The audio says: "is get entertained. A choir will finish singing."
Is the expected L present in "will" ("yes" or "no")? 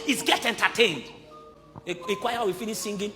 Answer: no